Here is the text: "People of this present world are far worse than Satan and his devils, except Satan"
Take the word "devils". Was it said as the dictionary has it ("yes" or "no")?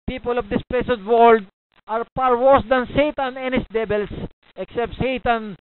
no